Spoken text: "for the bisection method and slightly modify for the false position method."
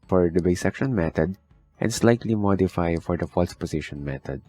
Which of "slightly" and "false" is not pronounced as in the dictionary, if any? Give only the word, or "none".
none